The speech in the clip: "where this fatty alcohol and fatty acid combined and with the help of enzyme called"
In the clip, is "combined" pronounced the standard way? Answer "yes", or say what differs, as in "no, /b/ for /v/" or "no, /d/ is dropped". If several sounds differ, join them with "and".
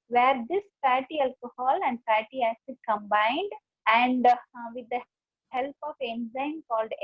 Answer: yes